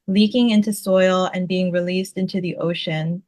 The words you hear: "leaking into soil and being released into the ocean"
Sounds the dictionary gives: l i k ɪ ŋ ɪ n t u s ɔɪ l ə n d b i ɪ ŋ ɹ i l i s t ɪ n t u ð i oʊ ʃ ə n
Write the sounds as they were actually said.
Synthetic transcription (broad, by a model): l i k ɪ ŋ ɪ n t u s ɔɪ l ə n b i ɪ ŋ ɹ i l i s t ɪ n t u ð i oʊ ʃ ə n